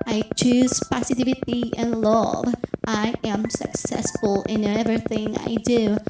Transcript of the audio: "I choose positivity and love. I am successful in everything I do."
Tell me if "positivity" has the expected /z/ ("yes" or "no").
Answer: no